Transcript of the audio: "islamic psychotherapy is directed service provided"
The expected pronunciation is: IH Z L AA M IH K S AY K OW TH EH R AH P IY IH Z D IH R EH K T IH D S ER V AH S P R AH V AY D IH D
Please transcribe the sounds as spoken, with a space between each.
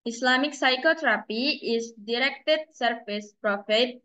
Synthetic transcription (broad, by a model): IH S L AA M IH K S AY K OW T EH R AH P IY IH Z D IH R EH K T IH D S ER F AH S P R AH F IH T